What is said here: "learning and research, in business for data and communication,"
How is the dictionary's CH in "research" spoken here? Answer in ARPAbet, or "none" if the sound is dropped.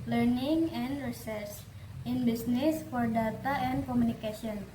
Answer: S